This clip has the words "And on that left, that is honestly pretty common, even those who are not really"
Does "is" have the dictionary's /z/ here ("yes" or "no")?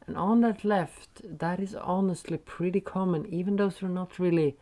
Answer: yes